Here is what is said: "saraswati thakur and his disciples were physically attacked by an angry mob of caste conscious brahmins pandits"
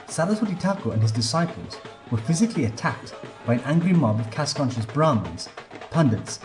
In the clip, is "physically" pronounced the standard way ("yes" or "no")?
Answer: yes